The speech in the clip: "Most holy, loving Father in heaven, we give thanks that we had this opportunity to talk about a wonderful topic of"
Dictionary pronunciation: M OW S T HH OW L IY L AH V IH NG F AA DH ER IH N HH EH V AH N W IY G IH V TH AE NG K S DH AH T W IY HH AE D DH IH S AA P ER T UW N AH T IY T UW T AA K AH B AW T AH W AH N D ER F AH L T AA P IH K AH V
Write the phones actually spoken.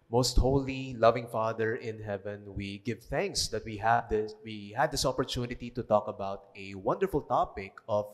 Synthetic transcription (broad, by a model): M OW S T HH OW L IY L AH V IH NG F AA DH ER IH N HH EH V AH N W IY G IH V TH AE NG K S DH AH T W IY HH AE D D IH S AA P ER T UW N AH T IY T UW T AA K AH B AW T AH W AH N D ER F AH L T AA P IH K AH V